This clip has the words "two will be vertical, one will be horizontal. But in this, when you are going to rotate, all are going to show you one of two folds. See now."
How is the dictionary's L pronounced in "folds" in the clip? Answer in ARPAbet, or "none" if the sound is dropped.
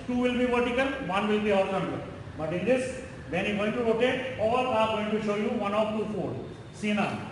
none